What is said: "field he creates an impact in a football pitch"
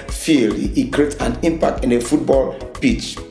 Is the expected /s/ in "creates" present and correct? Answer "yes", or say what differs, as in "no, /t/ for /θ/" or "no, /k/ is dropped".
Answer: no, /s/ is dropped